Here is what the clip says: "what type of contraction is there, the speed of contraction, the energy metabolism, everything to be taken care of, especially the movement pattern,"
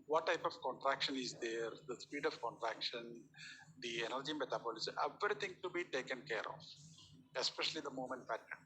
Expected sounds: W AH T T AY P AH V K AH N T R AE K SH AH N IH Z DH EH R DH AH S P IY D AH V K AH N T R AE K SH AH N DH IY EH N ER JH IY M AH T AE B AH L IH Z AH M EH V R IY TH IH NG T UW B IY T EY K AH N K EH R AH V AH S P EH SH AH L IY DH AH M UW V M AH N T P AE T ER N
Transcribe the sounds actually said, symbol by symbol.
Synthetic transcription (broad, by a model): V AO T T AY P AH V K AH N T R AE K SH AH N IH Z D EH R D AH S P IY D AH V K AH N T R AE K SH AH N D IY EH N ER JH IY M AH T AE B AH L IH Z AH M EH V R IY T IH NG T UW B IY T EY K AH N K EH R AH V AH S P EH SH AH L IY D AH M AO M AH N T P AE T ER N